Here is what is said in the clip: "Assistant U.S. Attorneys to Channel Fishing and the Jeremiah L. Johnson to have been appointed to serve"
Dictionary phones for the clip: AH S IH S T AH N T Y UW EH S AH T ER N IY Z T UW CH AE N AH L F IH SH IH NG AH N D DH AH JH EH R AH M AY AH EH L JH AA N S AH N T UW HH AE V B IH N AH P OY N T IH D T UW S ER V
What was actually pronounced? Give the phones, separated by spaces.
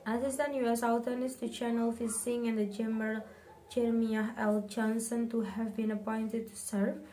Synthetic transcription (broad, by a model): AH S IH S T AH N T Y UW EH S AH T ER N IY S T UW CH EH N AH L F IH S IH NG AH N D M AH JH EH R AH M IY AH EH L JH AA N S AH N T UW HH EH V B IH N AH P OY N T IH D T UW S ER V